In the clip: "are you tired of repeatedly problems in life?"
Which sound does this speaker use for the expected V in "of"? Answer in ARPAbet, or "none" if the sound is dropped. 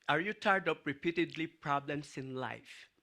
P